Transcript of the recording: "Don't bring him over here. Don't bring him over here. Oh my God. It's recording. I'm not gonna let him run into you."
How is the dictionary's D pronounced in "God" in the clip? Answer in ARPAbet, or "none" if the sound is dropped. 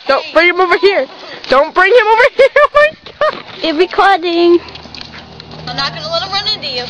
none